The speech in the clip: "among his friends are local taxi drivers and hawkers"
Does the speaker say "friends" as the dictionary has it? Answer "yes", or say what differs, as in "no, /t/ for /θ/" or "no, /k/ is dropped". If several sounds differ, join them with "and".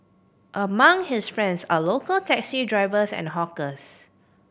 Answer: no, /s/ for /z/